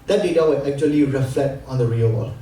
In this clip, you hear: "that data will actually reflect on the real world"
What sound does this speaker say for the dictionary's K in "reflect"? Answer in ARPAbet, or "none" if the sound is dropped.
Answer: none